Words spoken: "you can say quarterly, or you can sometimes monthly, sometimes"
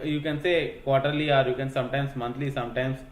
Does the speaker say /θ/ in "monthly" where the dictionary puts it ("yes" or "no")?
no